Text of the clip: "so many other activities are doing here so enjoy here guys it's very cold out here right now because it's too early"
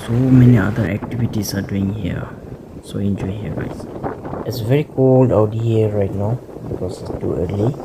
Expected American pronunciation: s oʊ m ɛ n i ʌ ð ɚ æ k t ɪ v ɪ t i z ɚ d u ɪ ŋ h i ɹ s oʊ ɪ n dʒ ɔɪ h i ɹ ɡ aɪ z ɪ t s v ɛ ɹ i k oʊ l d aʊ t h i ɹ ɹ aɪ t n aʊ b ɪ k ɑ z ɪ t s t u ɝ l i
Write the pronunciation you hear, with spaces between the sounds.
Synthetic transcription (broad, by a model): s oʊ m ɛ n i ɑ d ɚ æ k t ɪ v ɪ t i s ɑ d u ɪ ŋ h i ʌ s oʊ ɪ n dʒ ɔɪ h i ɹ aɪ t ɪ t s v ɛ ɹ i k oʊ l d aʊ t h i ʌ ɹ aɪ t n aʊ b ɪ k ɑ s ɪ t s t u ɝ l i